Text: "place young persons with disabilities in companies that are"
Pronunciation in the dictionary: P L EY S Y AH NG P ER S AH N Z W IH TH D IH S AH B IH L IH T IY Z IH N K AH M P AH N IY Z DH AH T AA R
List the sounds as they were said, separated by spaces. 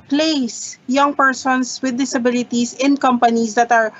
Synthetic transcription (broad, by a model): P L EY S Y AH NG P ER S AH N S W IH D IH S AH B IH L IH T IY S IH N K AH M P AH N IY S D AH T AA R